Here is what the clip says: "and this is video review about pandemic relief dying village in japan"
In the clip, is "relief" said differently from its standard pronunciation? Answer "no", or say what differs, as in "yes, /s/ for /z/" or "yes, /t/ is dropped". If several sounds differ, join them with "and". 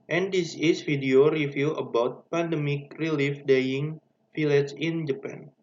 no